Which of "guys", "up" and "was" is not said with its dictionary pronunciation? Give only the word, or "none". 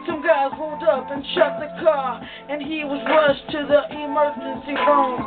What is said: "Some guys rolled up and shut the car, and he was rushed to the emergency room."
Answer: none